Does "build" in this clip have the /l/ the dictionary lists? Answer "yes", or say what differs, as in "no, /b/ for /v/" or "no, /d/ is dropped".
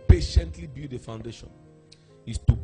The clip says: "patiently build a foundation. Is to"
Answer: no, /l/ is dropped